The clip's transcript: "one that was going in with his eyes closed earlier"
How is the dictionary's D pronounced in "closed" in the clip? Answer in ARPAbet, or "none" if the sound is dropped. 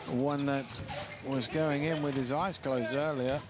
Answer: none